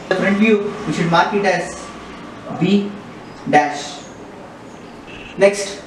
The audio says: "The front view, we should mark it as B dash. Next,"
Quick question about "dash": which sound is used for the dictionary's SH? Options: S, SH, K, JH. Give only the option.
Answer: SH